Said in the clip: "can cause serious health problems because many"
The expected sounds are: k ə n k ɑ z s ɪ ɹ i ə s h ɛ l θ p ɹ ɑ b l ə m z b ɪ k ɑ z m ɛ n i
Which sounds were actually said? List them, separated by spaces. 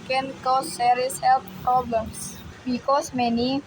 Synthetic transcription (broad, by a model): k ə n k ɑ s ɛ ɹ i s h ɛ l f p ɹ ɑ b l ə m s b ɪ k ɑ s m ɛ n i